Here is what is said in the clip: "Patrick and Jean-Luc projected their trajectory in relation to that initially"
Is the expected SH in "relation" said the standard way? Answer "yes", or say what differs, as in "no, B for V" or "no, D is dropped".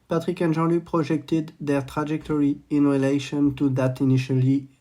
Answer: yes